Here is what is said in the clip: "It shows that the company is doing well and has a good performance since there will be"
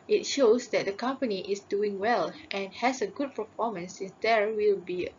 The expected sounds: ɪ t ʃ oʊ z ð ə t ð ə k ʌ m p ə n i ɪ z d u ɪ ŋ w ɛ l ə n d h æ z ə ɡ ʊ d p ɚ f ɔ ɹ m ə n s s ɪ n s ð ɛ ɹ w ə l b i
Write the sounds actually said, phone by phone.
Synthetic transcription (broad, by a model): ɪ t ʃ oʊ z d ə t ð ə k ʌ m p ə n i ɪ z d u ɪ ŋ w ɛ l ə n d h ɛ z ə ɡ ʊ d p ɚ f ɔ m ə n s s ɪ n s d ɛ ɹ w ə l b i